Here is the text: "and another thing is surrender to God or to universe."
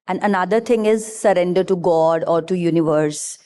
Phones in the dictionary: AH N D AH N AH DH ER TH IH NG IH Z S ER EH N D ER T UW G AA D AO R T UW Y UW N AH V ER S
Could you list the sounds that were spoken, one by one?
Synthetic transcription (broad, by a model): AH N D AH N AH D ER T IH NG IH Z S ER EH N D ER T UW G AA D AO R T UW Y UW N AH V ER S